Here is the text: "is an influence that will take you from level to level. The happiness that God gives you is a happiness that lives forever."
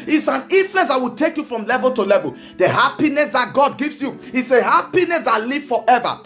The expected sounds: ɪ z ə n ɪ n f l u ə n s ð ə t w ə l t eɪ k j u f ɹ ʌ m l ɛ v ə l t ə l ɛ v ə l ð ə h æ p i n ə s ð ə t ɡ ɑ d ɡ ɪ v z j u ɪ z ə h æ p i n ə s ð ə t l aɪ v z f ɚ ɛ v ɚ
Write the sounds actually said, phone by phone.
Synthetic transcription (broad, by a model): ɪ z ə n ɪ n f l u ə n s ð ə t w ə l t eɪ k j u f ɹ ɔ m l ɛ v ə l t ə l ɛ v ə l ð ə h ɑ p i n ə s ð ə t ɡ ɑ d ɡ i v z j u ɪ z ə h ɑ p i n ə s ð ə t l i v f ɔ ɛ v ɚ